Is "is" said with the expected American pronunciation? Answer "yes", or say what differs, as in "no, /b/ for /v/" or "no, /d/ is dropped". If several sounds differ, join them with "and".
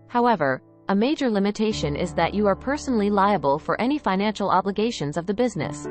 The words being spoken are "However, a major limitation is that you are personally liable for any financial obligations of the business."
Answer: yes